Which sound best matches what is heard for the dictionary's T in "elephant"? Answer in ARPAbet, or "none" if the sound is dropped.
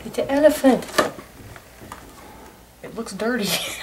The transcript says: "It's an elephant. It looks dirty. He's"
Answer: T